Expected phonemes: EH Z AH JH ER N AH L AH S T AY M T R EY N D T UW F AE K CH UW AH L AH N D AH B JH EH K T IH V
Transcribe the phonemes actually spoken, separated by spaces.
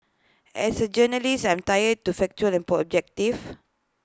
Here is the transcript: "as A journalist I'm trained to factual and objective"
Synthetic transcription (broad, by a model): EH S AH JH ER N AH L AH S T AY M T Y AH D T UW F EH K CH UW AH L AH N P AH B JH EH K T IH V